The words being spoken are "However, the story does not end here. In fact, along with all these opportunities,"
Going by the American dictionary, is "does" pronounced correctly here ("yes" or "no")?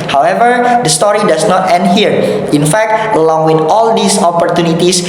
no